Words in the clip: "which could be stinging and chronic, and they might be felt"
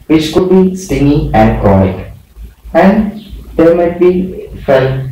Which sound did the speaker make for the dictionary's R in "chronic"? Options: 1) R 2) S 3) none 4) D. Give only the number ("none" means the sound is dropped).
3